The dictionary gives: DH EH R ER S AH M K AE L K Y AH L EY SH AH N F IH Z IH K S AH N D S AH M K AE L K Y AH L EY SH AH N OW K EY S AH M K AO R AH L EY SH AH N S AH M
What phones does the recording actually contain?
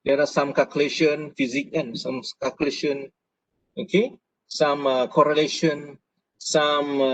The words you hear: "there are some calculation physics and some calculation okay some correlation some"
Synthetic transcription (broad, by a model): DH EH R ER S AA M K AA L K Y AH L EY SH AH N F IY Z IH K AH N S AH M K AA L K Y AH L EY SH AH N OW K EY S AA M K AO R AH L EY SH AH N S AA M